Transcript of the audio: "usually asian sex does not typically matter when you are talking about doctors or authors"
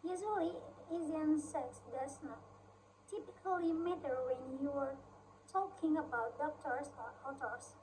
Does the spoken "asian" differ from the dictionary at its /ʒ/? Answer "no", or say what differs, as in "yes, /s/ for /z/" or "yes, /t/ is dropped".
yes, /z/ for /ʒ/